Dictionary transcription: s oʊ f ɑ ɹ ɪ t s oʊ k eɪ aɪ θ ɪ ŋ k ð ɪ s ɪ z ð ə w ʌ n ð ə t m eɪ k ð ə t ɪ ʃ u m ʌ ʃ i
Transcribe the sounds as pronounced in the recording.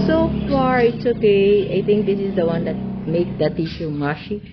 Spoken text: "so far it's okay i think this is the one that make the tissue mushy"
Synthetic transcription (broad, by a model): s oʊ f ɑ ɹ ɪ t s oʊ k eɪ aɪ t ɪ ŋ k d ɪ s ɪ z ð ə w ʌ n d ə t m eɪ k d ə t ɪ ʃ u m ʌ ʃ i